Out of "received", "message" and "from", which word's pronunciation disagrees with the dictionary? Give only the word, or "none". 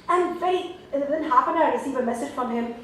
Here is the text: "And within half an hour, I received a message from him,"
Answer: received